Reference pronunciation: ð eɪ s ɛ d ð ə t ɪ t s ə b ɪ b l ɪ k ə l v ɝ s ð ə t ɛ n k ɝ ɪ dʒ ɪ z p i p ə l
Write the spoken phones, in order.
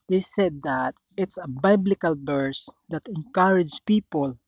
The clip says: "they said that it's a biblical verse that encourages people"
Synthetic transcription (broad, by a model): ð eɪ s ɛ d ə t ɪ t s ə b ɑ b l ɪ k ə l b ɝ s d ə t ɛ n k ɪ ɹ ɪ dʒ p i p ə l